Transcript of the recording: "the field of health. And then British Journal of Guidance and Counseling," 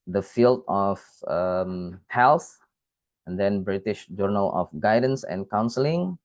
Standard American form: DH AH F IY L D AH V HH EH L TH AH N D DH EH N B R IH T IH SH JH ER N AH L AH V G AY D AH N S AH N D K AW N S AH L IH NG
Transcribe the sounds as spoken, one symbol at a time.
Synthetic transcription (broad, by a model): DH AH F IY L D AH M HH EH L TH AH N D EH N B R IH T IH SH JH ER N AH L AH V G AY D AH N S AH N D K AW N S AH L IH NG